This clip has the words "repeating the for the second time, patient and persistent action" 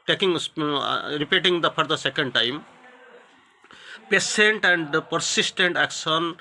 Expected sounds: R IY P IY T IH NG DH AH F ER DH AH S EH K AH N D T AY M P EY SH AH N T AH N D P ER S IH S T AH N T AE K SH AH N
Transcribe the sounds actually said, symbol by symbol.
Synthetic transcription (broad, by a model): R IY P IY T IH NG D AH P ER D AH S EH K AH N D T AY M P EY S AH N T AH N D P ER S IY S T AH N T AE K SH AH N